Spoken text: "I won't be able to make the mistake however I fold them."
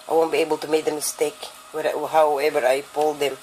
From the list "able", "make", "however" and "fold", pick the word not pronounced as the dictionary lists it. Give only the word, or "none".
fold